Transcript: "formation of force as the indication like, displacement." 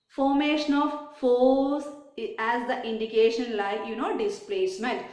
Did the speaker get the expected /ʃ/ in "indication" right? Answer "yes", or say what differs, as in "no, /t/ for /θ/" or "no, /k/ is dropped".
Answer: yes